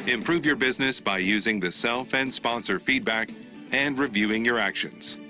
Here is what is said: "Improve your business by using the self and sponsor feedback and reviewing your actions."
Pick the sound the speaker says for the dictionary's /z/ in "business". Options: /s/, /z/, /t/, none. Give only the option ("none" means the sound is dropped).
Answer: /z/